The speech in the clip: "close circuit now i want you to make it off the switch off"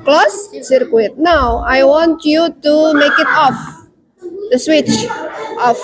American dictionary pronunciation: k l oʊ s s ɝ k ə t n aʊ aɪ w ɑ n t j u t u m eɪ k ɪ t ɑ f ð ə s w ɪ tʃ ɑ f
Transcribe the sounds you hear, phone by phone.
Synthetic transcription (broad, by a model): k l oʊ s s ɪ k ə t n aʊ aɪ w ɑ n t j u t u m eɪ k ɪ t ɑ f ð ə s w ɪ tʃ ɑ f